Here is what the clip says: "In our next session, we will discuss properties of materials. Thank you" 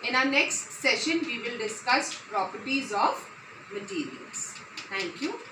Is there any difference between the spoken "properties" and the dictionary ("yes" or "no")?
no